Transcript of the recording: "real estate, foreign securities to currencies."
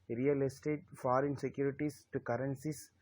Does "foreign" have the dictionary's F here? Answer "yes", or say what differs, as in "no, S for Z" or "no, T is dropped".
yes